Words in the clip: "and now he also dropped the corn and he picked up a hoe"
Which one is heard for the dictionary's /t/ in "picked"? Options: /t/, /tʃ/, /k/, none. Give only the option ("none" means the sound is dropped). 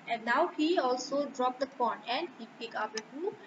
none